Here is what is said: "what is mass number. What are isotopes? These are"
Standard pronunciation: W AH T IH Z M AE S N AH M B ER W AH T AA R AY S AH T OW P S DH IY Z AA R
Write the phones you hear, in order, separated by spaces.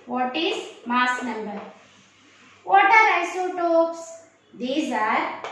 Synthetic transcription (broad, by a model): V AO T IH Z M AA S N AH M B ER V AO T AA R AY S AH T OW P S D IY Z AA R